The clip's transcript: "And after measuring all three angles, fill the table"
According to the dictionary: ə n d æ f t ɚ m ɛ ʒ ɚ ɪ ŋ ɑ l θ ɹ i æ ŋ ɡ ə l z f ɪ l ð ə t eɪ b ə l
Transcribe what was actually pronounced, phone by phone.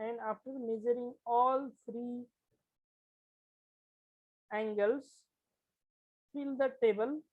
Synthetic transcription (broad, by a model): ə n d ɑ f t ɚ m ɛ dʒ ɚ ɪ ŋ ɑ l f ɹ i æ ŋ ɡ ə l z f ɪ l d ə t eɪ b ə l